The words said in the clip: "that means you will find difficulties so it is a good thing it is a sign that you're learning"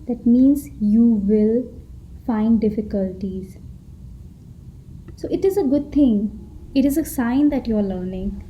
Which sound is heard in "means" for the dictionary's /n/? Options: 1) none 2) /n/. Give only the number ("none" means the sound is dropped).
2